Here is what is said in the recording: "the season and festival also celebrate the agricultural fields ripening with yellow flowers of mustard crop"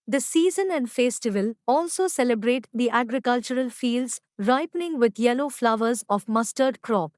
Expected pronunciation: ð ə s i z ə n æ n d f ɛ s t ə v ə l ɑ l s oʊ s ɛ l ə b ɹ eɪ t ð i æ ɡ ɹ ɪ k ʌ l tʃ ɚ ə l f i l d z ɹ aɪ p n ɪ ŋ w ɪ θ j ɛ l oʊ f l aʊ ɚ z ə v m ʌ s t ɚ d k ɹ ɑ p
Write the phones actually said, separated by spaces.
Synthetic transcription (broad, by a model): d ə s i z ə n æ n d f ɛ s t ə v ə l ɑ l s oʊ s ɛ l ə b ɹ eɪ t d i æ ɡ ɹ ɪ k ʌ l tʃ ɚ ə l f i l d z ɹ aɪ p n ɪ ŋ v ɪ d j ɛ l oʊ f l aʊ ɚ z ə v m ʌ s t ɚ d k ɹ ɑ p